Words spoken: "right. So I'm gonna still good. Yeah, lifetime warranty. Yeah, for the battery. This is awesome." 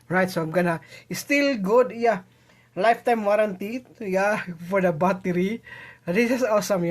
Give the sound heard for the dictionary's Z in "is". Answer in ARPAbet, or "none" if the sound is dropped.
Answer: S